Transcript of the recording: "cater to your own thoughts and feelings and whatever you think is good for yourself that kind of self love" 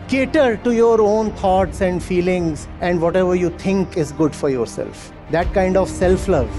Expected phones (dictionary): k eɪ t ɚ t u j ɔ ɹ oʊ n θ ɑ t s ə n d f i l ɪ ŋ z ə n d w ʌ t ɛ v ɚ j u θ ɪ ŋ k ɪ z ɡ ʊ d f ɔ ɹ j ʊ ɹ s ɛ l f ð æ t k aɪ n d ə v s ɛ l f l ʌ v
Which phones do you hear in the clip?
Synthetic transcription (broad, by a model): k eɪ t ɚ t u j ɔ ɹ oʊ n t ɑ t s ə n d f i l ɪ ŋ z ə n d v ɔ t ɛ v ɚ j u t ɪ ŋ k ɪ z ɡ ʊ d f ɔ ɹ j ʊ ɹ s ɛ l f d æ t k aɪ n d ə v s ɛ l f l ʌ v